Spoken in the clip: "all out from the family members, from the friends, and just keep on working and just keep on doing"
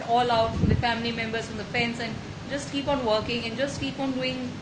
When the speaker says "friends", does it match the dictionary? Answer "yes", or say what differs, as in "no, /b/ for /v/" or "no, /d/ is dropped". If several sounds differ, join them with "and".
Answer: no, /ɹ/ is dropped and /s/ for /z/